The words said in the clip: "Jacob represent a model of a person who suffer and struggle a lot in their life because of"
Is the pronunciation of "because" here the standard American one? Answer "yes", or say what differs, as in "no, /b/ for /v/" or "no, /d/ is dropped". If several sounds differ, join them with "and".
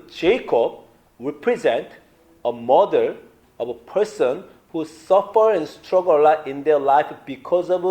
yes